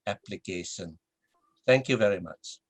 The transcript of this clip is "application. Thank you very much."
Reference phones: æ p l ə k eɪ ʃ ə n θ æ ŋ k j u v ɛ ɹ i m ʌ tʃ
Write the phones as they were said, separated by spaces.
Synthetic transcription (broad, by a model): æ p l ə k eɪ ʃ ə n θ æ ŋ k j u v ɛ ɹ i m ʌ tʃ